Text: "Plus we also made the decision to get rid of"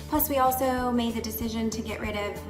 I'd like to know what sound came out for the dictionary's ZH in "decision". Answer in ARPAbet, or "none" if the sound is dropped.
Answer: ZH